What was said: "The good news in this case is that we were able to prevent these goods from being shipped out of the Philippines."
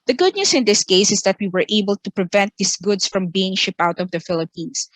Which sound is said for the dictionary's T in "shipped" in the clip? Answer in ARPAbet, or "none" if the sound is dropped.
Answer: none